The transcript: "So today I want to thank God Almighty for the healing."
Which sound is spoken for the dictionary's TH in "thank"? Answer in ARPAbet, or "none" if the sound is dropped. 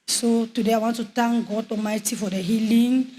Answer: T